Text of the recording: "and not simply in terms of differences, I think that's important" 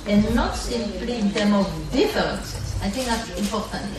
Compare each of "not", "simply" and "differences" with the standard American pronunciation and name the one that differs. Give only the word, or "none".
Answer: differences